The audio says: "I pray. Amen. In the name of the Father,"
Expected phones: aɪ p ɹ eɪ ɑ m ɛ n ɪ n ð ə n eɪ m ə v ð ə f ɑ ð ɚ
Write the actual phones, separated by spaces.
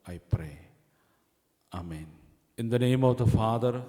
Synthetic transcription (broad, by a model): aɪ p ɹ eɪ ɑ m ɛ n ɪ n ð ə n eɪ m ə v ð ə f ɑ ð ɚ